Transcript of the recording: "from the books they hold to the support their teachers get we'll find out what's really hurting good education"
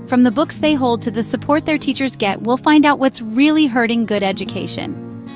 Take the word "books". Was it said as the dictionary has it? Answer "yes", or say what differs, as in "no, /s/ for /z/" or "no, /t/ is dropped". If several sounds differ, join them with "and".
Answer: yes